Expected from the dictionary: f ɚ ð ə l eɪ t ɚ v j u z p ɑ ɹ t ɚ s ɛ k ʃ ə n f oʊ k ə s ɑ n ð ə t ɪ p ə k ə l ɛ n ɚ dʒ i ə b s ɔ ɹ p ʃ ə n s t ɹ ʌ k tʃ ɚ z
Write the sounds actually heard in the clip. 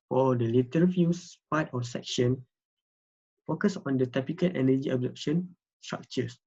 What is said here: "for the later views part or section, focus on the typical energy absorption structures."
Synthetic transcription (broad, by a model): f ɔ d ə l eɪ t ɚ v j u s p ɑ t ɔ s ɛ k ʃ ə n f oʊ k ə s ɑ n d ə t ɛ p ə k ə l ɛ n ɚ dʒ i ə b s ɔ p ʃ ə n s t ɹ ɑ k tʃ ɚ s